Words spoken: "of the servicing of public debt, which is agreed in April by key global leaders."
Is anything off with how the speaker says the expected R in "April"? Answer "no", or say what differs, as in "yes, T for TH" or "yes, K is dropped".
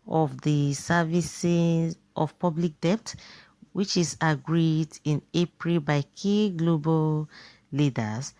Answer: no